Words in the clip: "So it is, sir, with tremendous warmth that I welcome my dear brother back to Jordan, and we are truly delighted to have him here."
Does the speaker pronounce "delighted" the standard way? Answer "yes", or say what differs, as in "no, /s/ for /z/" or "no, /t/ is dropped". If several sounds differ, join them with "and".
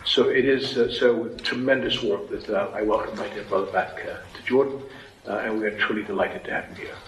yes